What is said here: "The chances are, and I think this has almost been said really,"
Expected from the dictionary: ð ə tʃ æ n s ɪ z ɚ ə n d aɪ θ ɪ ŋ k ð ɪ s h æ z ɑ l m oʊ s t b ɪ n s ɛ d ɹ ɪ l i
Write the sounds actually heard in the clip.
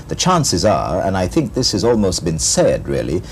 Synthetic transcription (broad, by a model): ð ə tʃ æ n s ɪ z ɚ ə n aɪ θ ɪ ŋ k ð ɪ s h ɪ z ɑ l m oʊ s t b ɪ n s ɛ d ɹ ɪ l i